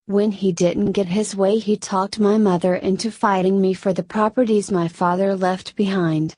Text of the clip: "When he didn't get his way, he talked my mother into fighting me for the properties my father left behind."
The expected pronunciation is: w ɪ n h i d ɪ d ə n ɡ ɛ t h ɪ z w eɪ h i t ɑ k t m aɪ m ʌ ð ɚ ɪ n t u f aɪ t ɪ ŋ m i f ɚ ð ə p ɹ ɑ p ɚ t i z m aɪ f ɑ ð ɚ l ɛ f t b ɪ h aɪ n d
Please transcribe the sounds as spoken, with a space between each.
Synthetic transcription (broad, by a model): w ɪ n i d ɪ d n ɡ ɛ t h ɪ z w eɪ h i t ɑ k t m aɪ m ʌ ð ɚ ɪ n t u f aɪ t ɪ ŋ m i f ɚ ð ə p ɹ ɑ p ɚ t i z m aɪ f ɑ ð ɚ l ɛ f t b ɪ h aɪ n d